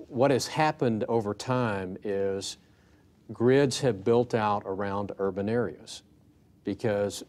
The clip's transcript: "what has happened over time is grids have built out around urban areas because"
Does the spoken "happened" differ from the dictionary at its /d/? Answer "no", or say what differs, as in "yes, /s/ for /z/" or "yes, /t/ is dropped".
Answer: no